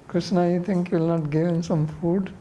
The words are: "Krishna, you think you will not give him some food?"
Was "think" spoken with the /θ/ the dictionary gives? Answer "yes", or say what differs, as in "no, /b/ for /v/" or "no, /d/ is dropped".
no, /t/ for /θ/